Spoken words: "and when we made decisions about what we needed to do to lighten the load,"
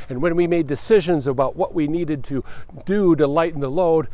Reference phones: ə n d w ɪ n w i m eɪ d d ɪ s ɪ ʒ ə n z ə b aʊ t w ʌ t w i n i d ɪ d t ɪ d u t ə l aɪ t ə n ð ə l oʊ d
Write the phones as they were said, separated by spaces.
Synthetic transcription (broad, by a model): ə n w ɪ n w i m eɪ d d ɪ s ɪ ʒ ə n z ə b aʊ t w ʌ t w i n i d ɪ d t ɪ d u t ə l aɪ t n ð ə l oʊ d